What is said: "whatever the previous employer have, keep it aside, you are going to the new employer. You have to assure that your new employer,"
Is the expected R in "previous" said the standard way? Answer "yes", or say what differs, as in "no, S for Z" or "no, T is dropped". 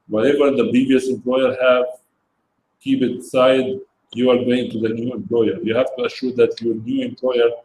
no, R is dropped